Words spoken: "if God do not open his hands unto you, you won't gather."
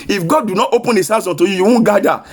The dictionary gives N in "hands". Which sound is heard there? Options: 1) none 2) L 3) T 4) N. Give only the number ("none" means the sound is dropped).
1